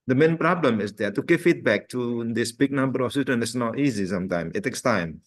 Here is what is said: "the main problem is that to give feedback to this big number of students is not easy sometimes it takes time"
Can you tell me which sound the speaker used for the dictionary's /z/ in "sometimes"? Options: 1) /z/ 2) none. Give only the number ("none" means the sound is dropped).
2